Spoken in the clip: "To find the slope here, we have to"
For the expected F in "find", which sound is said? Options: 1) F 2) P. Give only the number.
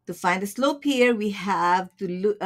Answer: 1